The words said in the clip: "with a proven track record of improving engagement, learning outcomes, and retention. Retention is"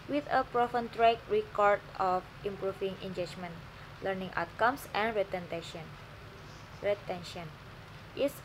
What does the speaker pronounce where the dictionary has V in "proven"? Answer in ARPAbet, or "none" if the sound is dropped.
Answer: F